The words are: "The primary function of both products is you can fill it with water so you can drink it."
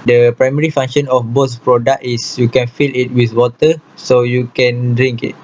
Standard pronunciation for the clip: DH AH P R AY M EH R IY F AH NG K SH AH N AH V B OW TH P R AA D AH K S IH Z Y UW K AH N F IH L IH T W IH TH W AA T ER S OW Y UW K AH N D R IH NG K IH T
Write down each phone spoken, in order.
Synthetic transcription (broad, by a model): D AH P R AY M EH R IY F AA NG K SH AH N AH F B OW S P R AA D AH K IH S Y UW K AH N F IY L IH T W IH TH W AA T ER S OW Y UW K AH N D R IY NG K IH T